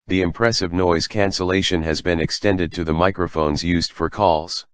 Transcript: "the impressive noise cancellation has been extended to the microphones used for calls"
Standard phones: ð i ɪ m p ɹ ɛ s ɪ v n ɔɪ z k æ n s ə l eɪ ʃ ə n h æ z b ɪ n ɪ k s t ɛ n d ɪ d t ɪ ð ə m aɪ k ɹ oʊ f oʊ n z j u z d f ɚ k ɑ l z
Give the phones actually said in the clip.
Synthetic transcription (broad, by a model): ð i ɪ m p ɹ ɛ s ɪ v n ɔɪ z k æ n s ə l eɪ ʃ ə n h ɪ z b ɪ n ɪ k s t ɛ n d ɪ d t ɪ ð ə m aɪ k ɹ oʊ f oʊ n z j u z d f ɚ k ɑ l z